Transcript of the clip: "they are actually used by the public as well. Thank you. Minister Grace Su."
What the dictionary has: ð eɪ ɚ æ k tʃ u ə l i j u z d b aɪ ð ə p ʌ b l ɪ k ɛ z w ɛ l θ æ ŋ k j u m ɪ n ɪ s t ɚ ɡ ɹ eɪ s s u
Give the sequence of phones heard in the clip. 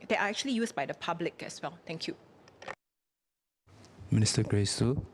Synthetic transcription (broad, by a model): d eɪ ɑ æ k tʃ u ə l i j u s b aɪ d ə p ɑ b l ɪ k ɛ s w ɛ l t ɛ ŋ k j u m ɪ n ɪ s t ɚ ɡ ɹ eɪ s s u